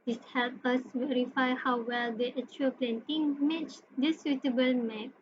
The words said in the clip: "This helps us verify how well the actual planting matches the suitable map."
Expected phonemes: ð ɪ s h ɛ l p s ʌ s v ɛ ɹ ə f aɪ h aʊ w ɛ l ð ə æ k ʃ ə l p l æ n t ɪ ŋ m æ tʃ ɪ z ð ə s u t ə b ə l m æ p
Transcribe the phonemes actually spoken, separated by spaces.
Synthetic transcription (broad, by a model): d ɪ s h ɛ l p ʌ s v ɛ ɹ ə f aɪ h aʊ w ɛ l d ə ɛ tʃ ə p l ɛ n t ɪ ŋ m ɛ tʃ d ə s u t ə b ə l m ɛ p